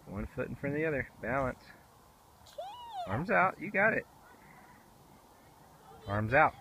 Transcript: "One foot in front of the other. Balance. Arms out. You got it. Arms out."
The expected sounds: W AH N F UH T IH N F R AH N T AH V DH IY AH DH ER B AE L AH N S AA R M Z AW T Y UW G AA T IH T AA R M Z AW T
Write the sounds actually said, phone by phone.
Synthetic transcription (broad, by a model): W AH N F UH T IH N F R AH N DH IY AH DH ER B AE L AH N S AA R M Z AW T Y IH G AA T IH T AA R M Z AW T